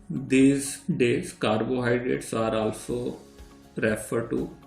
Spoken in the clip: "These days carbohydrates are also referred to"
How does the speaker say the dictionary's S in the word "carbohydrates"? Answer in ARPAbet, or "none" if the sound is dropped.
S